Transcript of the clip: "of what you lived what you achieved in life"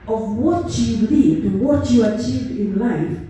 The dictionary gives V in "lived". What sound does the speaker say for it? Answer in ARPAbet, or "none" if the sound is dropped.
none